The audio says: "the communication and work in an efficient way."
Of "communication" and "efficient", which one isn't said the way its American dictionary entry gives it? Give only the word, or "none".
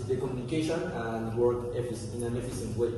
efficient